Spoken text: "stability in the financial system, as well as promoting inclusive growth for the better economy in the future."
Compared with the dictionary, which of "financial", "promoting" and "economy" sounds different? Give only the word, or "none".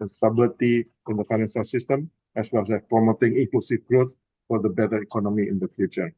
financial